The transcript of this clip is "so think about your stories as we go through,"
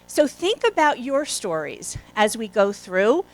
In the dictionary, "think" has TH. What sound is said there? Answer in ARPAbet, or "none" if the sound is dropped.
TH